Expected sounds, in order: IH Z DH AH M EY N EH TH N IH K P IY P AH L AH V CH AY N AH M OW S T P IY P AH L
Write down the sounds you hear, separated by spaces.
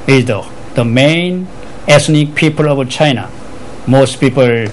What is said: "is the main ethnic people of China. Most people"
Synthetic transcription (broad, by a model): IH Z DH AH M EY N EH S N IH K P IY P AH L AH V CH AY N AH M OW S T P IY P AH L